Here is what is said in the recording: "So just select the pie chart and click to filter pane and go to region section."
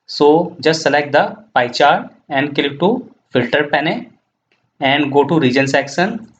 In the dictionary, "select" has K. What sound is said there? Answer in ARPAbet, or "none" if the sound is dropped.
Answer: K